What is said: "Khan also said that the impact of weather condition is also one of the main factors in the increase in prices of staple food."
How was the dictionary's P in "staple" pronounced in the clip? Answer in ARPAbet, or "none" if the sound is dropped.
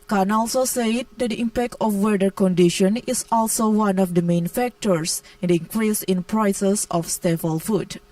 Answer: F